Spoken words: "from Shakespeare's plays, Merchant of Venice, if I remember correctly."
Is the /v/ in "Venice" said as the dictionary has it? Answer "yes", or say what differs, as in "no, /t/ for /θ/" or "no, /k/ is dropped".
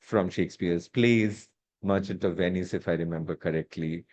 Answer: yes